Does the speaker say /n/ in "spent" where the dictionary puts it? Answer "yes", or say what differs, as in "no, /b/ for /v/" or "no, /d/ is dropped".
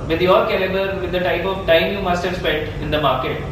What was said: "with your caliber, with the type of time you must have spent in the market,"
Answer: no, /n/ is dropped